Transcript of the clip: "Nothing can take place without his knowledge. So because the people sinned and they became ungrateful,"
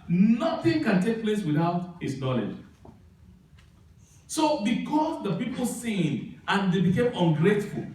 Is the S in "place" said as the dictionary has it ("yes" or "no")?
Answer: yes